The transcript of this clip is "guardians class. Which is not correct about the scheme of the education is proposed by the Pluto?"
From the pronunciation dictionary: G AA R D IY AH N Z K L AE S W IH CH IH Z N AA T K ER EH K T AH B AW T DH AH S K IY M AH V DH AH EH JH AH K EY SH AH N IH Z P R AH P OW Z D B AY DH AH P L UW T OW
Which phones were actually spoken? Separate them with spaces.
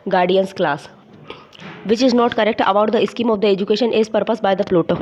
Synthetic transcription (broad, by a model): G AA R D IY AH N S K L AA S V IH CH IH Z N AA T K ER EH K T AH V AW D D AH S K IY M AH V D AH EH JH AH K EY SH AH N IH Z P R P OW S B AY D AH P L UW T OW